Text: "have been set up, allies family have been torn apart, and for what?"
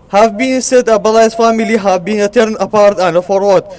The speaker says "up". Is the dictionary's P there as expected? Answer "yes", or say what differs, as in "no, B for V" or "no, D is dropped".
no, B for P